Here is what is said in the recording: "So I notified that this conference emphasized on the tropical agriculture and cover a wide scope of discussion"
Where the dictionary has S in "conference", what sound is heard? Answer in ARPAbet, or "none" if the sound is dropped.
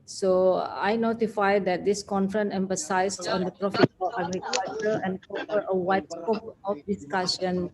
none